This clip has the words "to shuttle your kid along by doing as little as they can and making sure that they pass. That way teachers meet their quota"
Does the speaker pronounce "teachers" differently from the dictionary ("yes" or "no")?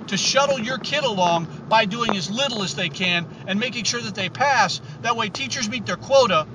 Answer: no